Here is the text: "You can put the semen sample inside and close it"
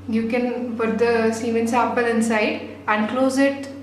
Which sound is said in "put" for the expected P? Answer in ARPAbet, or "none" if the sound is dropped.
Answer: F